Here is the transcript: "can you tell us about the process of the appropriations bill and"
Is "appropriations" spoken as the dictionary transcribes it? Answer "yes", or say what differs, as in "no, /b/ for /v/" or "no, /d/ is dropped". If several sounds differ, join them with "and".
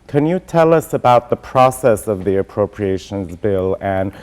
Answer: yes